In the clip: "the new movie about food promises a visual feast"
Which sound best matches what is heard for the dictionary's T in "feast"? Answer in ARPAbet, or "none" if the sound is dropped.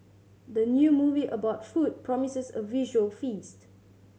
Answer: T